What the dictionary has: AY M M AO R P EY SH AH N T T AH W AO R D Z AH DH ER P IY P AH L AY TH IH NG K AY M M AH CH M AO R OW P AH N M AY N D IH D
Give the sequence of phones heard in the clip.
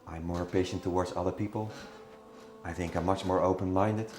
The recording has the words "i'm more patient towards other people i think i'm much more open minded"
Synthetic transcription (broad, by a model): AY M M AO R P EY SH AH N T T AH W AO R D Z AH DH ER P IY P AH L AY TH IH NG K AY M M AH CH M AO R OW P AH N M AY N D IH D